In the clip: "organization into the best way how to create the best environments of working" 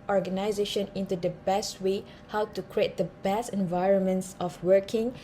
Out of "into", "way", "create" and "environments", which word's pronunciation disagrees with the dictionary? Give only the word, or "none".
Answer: none